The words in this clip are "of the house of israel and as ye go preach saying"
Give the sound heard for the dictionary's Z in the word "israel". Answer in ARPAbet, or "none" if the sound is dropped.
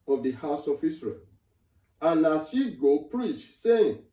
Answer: S